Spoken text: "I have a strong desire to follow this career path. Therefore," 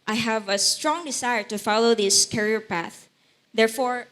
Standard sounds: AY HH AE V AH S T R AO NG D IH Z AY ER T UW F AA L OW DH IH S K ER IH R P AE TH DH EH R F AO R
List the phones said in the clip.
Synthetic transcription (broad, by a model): AY HH AE V AH S T R AO NG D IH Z AY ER T UW F AA L OW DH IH S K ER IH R P AE TH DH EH R F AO R